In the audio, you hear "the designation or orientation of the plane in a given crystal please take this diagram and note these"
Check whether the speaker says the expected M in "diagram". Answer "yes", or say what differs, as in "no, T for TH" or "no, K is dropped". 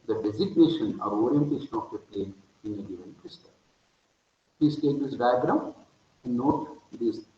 no, M is dropped